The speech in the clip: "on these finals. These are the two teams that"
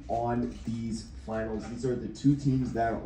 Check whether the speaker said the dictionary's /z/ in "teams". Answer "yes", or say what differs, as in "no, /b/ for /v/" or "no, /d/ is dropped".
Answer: yes